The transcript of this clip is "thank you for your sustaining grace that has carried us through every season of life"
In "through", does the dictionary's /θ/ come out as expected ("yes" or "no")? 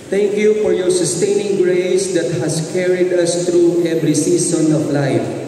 no